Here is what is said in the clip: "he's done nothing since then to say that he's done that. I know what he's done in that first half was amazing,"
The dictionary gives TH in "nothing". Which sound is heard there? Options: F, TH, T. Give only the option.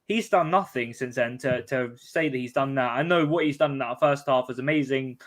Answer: TH